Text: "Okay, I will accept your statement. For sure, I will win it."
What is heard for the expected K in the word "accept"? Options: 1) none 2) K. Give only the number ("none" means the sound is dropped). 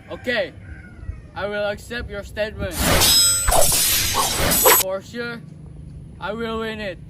2